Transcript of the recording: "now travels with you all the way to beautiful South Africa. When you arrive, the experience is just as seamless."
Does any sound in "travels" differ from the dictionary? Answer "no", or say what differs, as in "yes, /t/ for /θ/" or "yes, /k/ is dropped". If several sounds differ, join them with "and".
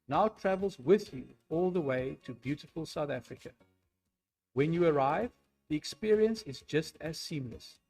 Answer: no